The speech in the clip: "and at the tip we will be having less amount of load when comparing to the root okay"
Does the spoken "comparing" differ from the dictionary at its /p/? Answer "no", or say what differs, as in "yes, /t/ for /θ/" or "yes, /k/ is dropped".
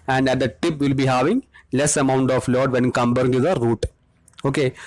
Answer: yes, /b/ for /p/